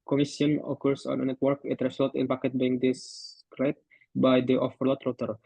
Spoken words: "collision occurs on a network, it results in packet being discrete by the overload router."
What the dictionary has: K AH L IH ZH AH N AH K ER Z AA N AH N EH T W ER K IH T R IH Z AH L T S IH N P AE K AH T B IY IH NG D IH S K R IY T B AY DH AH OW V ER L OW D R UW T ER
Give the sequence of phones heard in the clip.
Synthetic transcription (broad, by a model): K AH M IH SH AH N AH K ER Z AA N AH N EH T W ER K IH T R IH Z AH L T IH N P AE K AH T B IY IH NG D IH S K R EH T B AY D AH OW F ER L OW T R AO T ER